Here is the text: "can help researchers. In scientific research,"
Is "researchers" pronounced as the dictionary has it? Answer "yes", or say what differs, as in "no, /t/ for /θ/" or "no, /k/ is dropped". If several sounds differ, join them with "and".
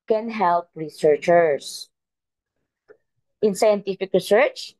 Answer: no, /s/ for /z/